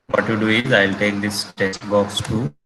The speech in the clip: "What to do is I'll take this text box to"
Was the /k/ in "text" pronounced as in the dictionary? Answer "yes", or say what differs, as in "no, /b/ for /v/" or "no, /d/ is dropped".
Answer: no, /k/ is dropped